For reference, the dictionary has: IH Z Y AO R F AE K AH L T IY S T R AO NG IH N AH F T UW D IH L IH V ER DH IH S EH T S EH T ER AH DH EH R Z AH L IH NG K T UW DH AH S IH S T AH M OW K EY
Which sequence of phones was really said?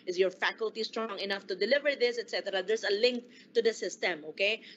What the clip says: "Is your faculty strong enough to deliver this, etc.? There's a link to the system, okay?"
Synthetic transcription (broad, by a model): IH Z Y AO R F AE K AH L T IY S T R AO NG IH N AH F T UW D IH L IH V ER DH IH S EH T S EH T ER AH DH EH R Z AH L IH NG K T UW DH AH S IH S T AH M OW K EY